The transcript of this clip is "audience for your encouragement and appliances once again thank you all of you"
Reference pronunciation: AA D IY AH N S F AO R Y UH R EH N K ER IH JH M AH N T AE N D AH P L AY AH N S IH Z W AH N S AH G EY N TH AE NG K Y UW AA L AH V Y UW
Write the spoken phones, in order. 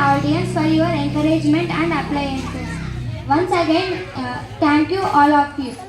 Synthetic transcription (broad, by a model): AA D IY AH N S F AO R Y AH R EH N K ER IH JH M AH N T AE N D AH P L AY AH N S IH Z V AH N S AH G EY N T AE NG K Y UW AA L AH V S